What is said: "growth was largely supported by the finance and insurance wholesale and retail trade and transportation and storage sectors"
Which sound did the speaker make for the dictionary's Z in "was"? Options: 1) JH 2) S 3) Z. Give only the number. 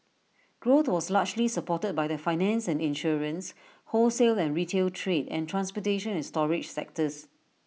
2